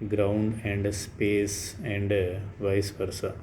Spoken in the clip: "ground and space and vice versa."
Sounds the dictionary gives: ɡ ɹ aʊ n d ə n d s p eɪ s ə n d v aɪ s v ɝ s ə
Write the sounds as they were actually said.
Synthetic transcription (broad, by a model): ɡ ɹ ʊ n d ə n d s p eɪ s ə n d v aɪ s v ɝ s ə